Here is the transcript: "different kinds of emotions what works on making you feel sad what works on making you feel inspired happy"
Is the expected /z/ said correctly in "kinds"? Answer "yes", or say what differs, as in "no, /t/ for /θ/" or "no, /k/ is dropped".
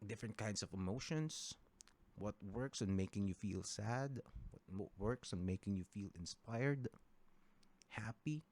no, /s/ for /z/